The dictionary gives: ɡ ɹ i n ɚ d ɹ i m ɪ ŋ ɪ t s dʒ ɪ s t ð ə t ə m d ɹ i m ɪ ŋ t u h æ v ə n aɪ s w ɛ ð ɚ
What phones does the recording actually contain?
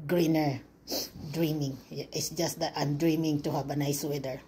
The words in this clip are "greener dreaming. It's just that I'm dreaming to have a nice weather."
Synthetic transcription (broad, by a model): ɡ ɹ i n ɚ d ɹ i m ɪ ŋ ɪ t s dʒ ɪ s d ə t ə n d ɹ i m ɪ ŋ t u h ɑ b ə n aɪ s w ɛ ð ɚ